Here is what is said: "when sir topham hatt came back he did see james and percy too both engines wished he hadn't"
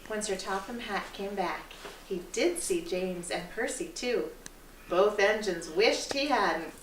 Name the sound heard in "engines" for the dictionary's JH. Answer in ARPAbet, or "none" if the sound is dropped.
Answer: JH